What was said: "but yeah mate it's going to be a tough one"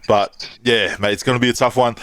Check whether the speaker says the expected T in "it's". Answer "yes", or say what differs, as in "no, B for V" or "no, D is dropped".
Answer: yes